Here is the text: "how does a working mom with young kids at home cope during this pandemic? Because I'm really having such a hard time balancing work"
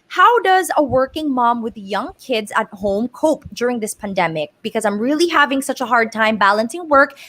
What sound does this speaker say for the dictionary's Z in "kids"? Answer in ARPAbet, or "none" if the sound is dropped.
Z